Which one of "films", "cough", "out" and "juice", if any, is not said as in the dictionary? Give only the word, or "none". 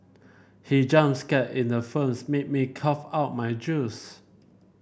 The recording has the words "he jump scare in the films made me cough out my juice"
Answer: films